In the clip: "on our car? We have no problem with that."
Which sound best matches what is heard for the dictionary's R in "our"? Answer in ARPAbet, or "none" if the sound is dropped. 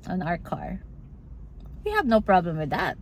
R